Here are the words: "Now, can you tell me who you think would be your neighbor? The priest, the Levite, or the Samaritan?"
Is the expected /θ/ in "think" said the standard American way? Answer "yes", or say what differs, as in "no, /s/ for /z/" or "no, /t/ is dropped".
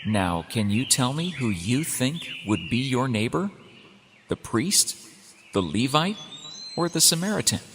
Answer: yes